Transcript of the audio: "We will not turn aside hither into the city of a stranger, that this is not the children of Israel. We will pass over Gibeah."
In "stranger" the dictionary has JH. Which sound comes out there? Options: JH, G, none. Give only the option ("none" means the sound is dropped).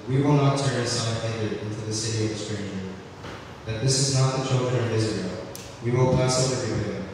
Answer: none